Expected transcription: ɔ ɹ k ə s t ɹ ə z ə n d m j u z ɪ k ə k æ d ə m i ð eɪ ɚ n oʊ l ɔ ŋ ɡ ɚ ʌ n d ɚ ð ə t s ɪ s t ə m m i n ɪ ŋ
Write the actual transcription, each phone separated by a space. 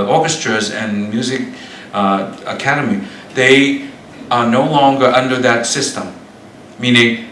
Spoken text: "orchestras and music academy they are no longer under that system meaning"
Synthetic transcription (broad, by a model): ɔ ɹ k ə s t ɹ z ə n m j u z ɪ k ə k æ d ə m i ð eɪ ɚ n oʊ l ɔ ŋ ɡ ɚ ʌ n d ɚ ð ə t s ɪ s t ə m m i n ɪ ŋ